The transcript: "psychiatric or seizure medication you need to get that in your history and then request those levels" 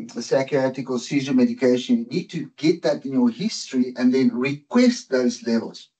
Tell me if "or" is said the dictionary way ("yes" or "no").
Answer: no